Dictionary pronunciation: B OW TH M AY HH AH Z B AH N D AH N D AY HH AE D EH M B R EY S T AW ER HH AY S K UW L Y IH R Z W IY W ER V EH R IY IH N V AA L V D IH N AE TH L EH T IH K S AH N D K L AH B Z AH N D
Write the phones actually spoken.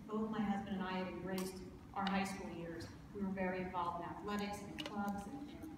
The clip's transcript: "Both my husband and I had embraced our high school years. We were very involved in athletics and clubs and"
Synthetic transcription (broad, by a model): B OW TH M AY HH AH Z B AH N D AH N AY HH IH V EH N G R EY S T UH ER HH AY S K UW L Y IH R Z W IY W ER V EH R IY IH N V AA L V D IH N AE TH L EH T IH K S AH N K L AH B Z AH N